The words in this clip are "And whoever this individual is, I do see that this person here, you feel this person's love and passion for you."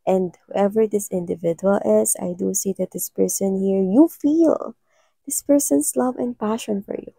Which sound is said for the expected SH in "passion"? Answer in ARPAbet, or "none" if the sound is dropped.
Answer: SH